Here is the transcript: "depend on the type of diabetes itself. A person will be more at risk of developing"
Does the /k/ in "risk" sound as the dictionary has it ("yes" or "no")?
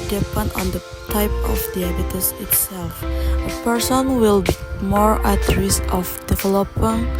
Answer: no